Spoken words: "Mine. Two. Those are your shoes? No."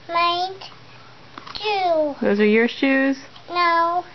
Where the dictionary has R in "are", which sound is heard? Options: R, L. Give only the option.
R